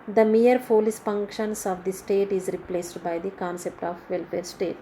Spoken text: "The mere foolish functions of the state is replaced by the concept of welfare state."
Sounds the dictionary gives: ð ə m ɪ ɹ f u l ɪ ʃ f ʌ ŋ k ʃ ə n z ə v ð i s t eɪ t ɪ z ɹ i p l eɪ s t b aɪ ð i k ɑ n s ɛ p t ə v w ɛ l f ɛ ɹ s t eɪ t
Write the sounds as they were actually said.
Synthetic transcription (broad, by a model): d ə m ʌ ɹ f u l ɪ s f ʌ ŋ k ʃ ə n s ə v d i s t eɪ t ɪ z ɹ i p l eɪ s t b aɪ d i k ɑ n s ɛ p t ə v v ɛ l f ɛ ɹ s t eɪ t